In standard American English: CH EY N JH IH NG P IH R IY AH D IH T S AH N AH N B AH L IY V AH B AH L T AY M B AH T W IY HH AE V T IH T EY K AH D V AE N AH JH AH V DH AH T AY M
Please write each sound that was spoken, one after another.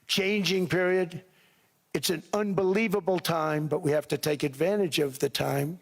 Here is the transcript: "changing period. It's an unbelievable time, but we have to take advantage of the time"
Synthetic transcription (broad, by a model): CH EY N JH IH NG P IH R IY AH D IH T S AH N AH N B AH L IY V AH B L T AY M B AH T W IY HH AE F T IH T EY K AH D V AE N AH JH AH V DH AH T AY M